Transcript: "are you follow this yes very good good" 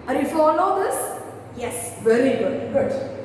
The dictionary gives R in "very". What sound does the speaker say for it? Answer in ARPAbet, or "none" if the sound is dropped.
L